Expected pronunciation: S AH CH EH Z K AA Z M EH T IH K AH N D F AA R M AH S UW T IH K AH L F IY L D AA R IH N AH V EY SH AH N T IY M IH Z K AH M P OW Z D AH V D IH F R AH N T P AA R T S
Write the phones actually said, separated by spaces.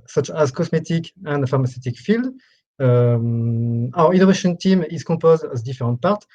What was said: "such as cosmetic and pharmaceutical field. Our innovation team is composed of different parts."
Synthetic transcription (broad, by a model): S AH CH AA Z K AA S M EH T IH K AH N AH F AA R M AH S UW T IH K F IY L D AA R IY N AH V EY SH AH N T IY M IH Z K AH P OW Z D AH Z D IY F R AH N T P AA R T